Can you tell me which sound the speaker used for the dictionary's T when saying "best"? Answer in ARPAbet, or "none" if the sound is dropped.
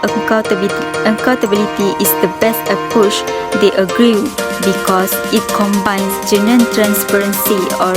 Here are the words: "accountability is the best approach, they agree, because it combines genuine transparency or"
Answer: T